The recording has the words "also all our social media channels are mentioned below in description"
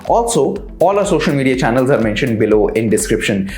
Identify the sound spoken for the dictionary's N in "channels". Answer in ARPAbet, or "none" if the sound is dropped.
N